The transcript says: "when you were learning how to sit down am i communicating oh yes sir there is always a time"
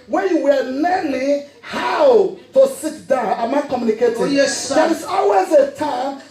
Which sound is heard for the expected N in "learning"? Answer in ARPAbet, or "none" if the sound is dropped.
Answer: L